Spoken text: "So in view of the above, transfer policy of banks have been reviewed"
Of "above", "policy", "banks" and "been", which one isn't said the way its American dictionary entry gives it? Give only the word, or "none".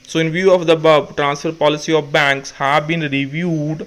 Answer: above